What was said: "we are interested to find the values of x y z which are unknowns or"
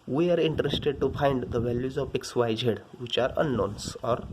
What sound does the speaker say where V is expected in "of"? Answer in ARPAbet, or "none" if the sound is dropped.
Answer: P